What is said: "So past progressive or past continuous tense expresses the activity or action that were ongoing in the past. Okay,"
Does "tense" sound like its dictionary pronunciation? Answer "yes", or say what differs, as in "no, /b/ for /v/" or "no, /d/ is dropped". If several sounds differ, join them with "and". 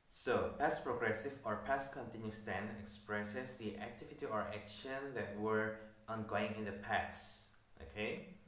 no, /s/ is dropped